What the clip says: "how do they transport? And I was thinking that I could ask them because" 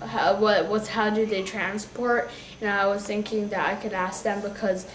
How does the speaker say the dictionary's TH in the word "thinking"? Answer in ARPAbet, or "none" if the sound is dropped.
TH